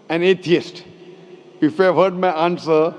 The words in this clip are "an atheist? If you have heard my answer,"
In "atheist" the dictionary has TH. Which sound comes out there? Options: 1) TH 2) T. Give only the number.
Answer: 2